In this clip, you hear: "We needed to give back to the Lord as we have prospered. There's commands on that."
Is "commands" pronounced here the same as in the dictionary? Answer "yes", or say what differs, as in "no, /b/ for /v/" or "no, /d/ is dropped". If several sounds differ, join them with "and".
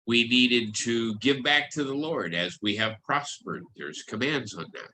yes